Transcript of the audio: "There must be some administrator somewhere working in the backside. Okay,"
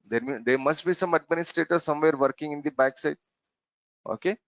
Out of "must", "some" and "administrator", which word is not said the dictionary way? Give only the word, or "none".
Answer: none